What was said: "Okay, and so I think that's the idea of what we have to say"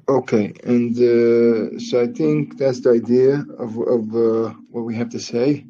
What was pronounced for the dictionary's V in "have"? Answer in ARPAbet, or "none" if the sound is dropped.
F